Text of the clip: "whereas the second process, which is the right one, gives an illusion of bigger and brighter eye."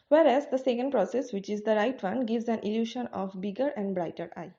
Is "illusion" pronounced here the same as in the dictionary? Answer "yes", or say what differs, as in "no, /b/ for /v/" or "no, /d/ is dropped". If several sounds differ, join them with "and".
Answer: no, /ʃ/ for /ʒ/